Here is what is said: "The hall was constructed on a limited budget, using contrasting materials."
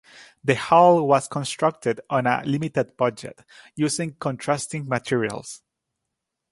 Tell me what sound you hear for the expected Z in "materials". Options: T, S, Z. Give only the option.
S